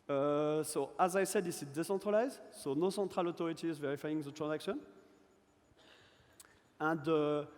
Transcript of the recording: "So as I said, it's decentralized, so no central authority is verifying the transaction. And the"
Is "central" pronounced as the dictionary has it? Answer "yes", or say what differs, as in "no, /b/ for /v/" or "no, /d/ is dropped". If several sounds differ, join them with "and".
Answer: no, /n/ is dropped